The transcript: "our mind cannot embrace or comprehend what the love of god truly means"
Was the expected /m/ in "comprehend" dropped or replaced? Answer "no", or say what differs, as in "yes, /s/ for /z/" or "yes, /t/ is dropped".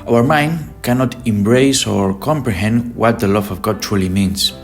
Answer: no